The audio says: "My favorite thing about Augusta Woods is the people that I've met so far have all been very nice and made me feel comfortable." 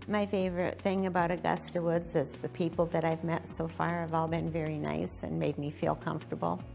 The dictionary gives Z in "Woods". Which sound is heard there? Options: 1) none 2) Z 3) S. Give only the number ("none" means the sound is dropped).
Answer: 2